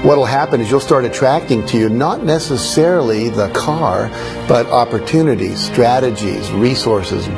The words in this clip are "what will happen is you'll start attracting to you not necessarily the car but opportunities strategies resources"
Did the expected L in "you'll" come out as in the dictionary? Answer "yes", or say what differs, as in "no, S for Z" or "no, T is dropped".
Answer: yes